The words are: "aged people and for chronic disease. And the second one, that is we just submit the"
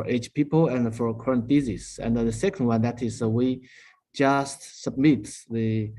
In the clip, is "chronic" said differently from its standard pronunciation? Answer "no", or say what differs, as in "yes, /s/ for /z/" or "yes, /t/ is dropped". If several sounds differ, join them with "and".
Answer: yes, /ɹ/ is dropped